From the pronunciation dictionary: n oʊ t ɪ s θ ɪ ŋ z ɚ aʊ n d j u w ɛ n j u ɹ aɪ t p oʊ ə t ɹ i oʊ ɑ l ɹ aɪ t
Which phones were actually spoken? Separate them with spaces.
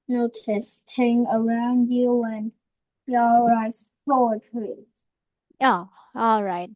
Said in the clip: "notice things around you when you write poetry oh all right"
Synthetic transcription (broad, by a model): n oʊ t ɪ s t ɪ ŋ ɚ aʊ n d j u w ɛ n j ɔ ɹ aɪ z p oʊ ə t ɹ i oʊ ɑ l ɹ aɪ t